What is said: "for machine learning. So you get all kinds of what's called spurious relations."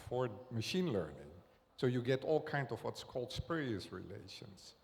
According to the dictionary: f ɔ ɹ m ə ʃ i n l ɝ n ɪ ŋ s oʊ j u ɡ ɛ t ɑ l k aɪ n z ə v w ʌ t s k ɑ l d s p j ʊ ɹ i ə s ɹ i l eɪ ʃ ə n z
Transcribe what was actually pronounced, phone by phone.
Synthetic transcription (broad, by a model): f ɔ ɹ m ə ʃ i n l ɝ n ɪ ŋ s oʊ j u ɡ ɛ t ɑ l k aɪ n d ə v w ʌ t s k ɑ l d s p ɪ ɹ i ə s ɹ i l eɪ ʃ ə n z